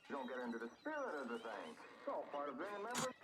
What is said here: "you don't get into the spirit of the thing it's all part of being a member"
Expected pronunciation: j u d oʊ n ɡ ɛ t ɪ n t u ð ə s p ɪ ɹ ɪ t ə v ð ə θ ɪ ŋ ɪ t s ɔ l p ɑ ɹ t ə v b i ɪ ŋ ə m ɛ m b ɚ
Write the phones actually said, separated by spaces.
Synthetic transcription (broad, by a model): d oʊ n ɡ ɛ t ɪ n t u ð ə s p ɪ ɹ ɪ t ə v ð ə θ ɪ ŋ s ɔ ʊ p ɑ ɹ t ə v b i ɪ ŋ ə m ɛ m b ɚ